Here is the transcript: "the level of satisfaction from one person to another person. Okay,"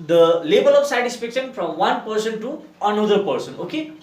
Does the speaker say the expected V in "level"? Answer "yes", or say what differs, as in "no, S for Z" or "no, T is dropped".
no, B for V